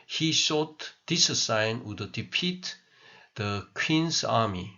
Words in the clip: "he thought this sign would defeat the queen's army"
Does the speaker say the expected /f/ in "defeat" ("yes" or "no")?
no